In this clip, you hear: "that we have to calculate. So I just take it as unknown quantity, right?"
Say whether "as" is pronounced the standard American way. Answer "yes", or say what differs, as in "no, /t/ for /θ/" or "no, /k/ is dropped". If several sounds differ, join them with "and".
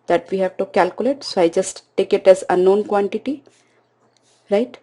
yes